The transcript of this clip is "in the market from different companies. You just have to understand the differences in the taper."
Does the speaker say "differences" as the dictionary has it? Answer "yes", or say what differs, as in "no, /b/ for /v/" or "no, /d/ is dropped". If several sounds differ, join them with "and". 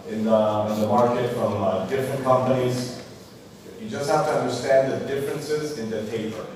yes